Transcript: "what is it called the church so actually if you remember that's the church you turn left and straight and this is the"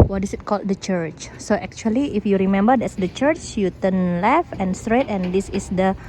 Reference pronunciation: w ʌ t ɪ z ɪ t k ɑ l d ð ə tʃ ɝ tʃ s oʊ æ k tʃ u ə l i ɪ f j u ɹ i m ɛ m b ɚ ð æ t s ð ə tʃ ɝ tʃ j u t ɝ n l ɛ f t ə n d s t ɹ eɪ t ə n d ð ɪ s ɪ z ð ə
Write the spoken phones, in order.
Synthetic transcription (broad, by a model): w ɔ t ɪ s ɪ t k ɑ l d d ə tʃ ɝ tʃ s oʊ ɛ k tʃ u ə l i ɪ f j u ɹ i m ɛ m b ɚ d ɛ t s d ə tʃ ɝ tʃ j u t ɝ n l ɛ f ə n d s t ɹ eɪ t ə n d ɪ s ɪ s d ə